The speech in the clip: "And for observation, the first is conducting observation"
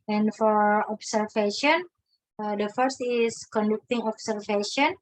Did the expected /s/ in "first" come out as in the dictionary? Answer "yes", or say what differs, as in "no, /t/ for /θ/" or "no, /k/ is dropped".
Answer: yes